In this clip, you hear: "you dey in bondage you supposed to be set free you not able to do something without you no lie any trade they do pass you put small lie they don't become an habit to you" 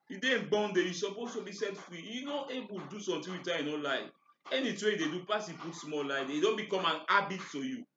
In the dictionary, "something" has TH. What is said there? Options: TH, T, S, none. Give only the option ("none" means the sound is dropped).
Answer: T